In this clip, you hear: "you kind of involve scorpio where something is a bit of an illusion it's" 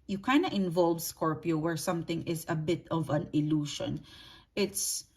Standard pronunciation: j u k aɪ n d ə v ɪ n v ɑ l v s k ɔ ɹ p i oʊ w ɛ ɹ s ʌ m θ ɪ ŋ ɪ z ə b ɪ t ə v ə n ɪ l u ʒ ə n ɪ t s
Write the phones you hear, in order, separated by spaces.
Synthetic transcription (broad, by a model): j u k aɪ n d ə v ɪ n v ɑ l v s k ɔ ɹ p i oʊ w ɛ ɹ s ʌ m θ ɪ ŋ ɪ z ə b ɪ t ə v ə n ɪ l u ʃ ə n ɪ t s